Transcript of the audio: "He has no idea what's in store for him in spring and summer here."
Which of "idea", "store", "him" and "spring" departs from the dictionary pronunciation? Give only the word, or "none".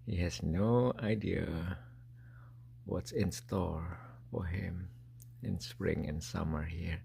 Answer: store